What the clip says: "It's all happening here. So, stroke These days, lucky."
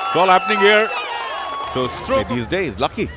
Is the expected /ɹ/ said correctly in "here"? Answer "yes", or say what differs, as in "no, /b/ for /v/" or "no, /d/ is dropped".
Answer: yes